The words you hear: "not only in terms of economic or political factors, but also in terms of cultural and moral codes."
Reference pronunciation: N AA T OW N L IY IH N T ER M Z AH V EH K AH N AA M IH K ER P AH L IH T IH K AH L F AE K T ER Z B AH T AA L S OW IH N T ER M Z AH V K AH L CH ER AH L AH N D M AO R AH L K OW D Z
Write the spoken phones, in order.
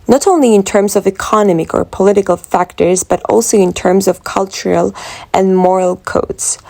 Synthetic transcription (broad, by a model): N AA T OW N L IY IH N T ER M Z AH V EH K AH N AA M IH K ER P AH L IH T IH K AH L F AE K T ER Z B AH T AA L S OW IH N T ER M Z AH V K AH L CH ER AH L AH N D M AO R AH L K OW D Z